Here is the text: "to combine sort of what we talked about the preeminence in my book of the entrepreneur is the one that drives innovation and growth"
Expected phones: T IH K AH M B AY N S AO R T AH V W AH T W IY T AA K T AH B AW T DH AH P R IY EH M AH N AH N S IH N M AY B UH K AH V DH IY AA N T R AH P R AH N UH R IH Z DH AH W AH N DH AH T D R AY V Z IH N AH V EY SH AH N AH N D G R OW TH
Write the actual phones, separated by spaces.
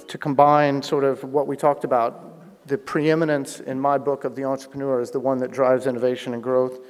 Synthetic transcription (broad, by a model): T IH K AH M B AY N S AO R T AH V W AH T W IY T AA K T AH B AW T DH AH P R IY EH M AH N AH N S IH N M AY B UH K AH V DH IY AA N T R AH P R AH N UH R IH Z DH AH W AH N DH AH T D R AY V Z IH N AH V EY SH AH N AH N G R OW TH